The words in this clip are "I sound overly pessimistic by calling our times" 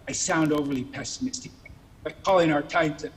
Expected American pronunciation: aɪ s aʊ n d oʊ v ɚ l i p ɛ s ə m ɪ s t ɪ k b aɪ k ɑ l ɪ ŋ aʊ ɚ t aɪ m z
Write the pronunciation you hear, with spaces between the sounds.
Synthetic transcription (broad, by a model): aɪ s aʊ n d oʊ v ɚ l i p ɛ s ə m ɪ s t ɪ k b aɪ k ɑ l ɪ ŋ aʊ ɚ t aɪ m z